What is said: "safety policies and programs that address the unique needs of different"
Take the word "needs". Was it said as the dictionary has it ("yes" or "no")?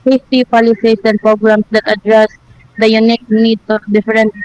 no